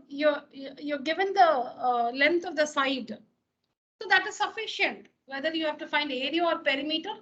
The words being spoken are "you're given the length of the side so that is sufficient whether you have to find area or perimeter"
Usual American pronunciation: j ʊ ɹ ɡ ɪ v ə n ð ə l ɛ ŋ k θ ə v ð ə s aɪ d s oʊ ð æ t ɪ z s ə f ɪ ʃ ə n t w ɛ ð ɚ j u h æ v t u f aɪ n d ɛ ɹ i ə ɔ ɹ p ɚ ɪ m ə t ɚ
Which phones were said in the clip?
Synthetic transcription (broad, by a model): j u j ɡ ɪ v ə n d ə l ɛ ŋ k t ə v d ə s aɪ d s oʊ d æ t ɪ z s ə f ɪ ʃ ə n t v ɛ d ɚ j u h æ v t u f aɪ n d ɛ ɹ i ə ɔ ɹ p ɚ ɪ m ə t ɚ